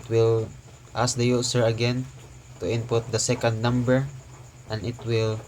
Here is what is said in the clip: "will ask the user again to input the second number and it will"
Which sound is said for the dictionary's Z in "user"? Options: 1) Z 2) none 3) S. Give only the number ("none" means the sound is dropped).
3